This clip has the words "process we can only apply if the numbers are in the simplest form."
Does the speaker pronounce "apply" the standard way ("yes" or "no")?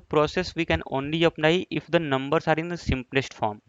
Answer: no